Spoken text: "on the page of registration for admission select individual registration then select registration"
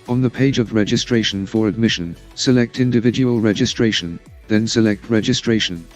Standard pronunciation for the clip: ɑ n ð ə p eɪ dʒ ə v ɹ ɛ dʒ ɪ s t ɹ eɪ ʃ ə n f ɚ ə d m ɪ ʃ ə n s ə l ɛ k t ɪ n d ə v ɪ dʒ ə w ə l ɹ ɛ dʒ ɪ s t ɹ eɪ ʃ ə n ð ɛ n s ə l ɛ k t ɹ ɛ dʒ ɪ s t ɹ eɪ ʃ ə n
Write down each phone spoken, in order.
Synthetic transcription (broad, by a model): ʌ n ð ə p eɪ dʒ ə v ɹ ɛ dʒ ɪ s t ɹ eɪ ʃ ə n f ɚ ə d m ɪ ʃ ə n s ə l ɛ k t ɪ n d ə v ɪ dʒ ə w ə l ɹ ɛ dʒ ɪ s t ɹ eɪ ʃ ə n ð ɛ n s ə l ɛ k t ɹ ɛ dʒ ɪ s t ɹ eɪ ʃ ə n